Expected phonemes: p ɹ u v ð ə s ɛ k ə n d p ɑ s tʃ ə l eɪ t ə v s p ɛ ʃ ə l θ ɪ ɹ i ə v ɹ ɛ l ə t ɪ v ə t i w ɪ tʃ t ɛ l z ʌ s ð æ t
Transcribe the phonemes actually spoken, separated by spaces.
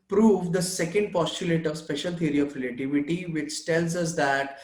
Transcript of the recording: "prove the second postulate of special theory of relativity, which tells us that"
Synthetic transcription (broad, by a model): p ɹ u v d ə s ɛ k ə n d p ɑ s tʃ ə l eɪ t ə v s p ɛ ʃ ə l t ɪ ɹ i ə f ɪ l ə t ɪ v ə t i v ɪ tʃ t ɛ l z ʌ s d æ t